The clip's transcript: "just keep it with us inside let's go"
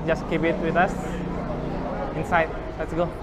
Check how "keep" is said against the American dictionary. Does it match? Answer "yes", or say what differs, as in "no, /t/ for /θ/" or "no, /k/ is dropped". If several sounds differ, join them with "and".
no, /b/ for /p/